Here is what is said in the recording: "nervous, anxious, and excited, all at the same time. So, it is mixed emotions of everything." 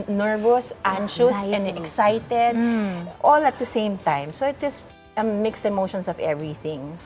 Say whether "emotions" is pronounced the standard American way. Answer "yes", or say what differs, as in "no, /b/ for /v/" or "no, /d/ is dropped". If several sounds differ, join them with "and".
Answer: no, /s/ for /z/